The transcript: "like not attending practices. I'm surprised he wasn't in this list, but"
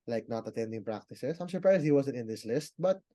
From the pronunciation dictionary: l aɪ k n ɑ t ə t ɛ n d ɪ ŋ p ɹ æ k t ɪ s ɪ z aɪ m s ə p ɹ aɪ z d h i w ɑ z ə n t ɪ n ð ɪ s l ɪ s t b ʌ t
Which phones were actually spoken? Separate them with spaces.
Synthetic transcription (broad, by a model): l aɪ k n ɑ t ə t ɛ n d ɪ ŋ p ɹ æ k t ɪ s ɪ s aɪ m s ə p ɹ aɪ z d h i w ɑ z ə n t ɪ n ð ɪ s l ɪ s t b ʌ t